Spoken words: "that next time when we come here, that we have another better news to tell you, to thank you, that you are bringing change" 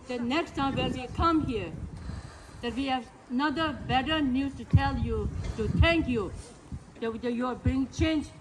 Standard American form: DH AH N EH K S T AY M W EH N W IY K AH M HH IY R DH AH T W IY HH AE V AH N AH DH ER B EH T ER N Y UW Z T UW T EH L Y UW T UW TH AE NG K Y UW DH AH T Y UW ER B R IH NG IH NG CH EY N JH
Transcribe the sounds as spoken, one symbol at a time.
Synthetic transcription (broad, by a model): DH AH N EH K S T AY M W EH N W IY K AH M HH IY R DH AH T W IY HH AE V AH N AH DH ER B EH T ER N Y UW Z T UW T EH L Y UW T UW T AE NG K Y UW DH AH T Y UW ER B R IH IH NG CH EY N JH